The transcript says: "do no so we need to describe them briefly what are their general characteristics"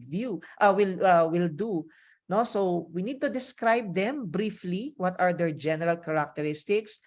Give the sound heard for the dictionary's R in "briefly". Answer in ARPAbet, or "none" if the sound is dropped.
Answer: R